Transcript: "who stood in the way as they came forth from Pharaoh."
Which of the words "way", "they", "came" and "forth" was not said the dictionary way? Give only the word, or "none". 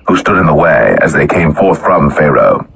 none